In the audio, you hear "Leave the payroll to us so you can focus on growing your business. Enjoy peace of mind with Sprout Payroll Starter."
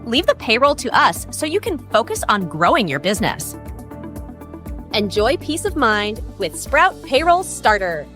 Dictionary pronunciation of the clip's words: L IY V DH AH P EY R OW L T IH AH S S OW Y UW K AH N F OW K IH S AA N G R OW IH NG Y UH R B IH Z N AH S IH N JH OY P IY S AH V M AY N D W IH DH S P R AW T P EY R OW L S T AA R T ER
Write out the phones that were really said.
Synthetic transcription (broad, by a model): L IY V DH AH P EY R OW L T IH AH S S OW Y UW K AH N F OW K IH S N G R OW IH NG Y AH R B IH Z N AH S IH N JH OY P IY S AH V M AY N D W IH DH S P R AW T P EY R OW L S T AA R T ER